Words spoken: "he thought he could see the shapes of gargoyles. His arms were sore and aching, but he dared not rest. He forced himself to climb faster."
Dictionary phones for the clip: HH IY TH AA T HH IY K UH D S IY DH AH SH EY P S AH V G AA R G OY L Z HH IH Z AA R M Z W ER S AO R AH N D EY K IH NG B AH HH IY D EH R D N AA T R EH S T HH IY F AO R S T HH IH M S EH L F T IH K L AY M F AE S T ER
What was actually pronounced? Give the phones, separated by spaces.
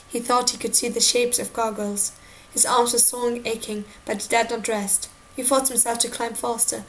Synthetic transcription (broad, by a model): HH IY TH AA T HH IY K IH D S IY DH AH SH EY P S AH V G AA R G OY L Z HH IH Z AA R M Z W ER S AO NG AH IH K IH NG B AH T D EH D N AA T R EH S T HH IY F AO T HH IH M S EH L F T IH K L AY M F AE S T ER